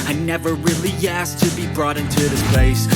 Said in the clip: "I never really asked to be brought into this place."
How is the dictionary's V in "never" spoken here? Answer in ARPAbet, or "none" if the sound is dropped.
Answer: V